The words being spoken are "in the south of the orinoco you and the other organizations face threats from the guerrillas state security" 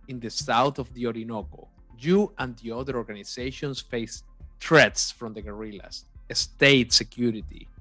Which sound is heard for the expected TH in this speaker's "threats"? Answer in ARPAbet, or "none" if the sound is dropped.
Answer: T